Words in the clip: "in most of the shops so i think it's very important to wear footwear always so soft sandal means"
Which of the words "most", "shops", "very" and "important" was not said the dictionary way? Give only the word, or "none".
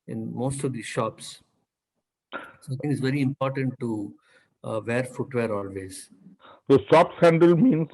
none